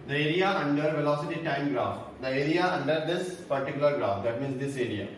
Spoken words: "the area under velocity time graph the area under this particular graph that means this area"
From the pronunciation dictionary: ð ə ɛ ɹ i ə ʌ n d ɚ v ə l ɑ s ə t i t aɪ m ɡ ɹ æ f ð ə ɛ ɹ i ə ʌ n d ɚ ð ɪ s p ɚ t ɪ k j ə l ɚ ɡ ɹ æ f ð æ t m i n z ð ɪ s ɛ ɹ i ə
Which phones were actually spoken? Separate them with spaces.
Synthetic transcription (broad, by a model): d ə ɛ ɹ i ə ʌ n d ɚ v ə l ɑ s ə t i t aɪ m ɡ ɹ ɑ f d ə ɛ ɹ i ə ʌ n d ɚ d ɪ s p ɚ t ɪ k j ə l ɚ ɡ ɹ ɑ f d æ t m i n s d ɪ s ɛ ɹ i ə